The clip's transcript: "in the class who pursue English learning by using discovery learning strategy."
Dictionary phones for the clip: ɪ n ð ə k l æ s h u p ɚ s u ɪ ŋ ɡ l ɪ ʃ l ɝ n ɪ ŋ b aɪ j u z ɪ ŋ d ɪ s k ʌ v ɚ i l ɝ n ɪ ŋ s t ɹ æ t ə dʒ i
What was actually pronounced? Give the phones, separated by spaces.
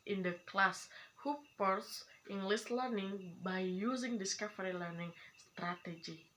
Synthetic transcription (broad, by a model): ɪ n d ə k l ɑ s h u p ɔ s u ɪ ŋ ɡ l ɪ s l ɝ n ɪ ŋ b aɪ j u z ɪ ŋ d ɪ s k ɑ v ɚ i l ɝ n ɪ ŋ s t ɹ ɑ t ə dʒ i